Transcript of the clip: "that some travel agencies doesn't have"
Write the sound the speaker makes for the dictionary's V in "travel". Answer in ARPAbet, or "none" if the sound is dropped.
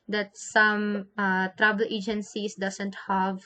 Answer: B